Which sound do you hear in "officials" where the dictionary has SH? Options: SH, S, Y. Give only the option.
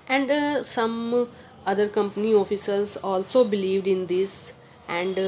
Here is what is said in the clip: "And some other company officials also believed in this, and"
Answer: S